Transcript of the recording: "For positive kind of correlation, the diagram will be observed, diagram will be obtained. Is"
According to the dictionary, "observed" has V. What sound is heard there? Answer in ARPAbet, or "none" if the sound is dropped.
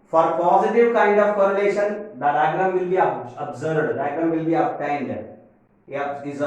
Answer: none